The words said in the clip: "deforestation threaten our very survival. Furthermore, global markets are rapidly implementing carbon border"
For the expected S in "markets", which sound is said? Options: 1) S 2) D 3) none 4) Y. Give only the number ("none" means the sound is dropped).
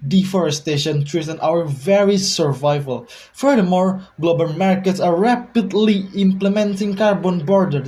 1